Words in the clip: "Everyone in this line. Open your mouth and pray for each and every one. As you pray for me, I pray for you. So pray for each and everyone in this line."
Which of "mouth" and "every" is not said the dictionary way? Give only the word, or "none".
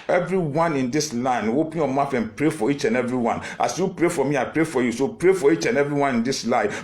mouth